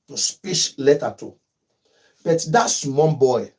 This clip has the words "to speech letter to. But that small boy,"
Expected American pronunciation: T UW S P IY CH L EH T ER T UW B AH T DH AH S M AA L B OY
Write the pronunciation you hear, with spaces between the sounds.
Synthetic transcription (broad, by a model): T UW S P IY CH L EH T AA T UW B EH T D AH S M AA N B OY